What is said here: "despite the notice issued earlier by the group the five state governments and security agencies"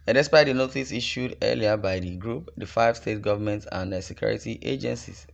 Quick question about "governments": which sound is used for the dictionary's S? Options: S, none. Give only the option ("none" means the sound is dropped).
none